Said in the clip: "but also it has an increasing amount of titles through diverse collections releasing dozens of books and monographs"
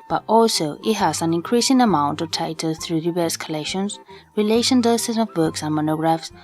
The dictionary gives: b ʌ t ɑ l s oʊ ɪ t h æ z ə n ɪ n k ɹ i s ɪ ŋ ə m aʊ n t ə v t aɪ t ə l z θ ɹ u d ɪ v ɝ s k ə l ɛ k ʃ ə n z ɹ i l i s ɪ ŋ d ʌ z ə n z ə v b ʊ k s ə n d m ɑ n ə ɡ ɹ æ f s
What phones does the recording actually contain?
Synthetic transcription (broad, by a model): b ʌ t ɑ l s oʊ ɪ t h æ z ə n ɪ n k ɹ i s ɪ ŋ ə m aʊ n t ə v t aɪ t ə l θ ɹ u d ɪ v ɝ s k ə l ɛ k ʃ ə n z ɹ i l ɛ ʃ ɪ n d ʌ s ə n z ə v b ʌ k s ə n m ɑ n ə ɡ ɹ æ f s